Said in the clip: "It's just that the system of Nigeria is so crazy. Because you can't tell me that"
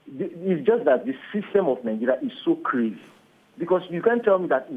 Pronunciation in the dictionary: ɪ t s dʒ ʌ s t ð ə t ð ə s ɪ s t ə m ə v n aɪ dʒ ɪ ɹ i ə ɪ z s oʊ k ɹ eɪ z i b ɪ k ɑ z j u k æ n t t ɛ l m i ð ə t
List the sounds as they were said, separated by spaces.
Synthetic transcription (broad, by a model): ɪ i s dʒ ʌ s t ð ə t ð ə s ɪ s t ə m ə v n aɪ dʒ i ɹ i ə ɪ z s oʊ k ɹ eɪ z i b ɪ k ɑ s j u k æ n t t ɛ l m i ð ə t